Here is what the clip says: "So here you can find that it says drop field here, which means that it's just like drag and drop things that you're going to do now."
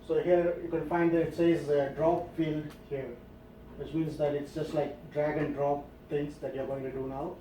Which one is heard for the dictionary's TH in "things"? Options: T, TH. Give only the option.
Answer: T